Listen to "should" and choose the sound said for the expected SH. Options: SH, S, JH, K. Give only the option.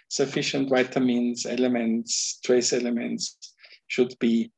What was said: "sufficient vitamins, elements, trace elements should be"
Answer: SH